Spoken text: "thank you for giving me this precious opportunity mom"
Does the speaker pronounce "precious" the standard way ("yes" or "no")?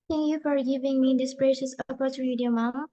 no